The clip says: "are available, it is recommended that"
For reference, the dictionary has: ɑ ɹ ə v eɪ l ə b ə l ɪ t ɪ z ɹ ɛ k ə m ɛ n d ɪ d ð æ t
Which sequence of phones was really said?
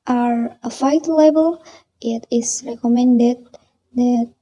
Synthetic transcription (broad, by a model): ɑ ɹ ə f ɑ l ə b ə l ɪ t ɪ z ɹ ɛ k ə m ɛ n d ɪ d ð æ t